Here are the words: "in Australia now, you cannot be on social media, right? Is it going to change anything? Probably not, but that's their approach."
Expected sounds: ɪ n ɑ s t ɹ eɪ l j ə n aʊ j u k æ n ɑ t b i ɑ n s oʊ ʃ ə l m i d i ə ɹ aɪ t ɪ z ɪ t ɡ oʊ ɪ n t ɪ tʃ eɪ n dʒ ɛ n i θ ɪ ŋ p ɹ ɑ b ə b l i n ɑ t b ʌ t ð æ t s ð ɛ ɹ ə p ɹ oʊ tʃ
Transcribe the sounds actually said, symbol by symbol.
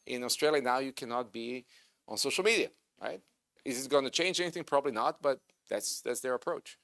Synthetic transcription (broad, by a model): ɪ n ɑ s t ɹ eɪ l j ə n aʊ j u k æ n ɑ t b i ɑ n s oʊ ʃ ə l m i d i ə ɹ aɪ t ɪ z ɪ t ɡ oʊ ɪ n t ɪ tʃ eɪ n dʒ ɛ n i θ ɪ ŋ p ɹ ɑ b ə b l i n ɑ t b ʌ t ð æ t s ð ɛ ɹ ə p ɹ oʊ tʃ